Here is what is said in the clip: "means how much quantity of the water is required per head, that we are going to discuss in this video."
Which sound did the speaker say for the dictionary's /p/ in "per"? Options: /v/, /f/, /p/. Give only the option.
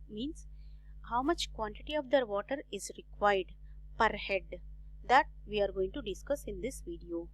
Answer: /p/